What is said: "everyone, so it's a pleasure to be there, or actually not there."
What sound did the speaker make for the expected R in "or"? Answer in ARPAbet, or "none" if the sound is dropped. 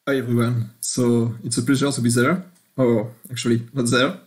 W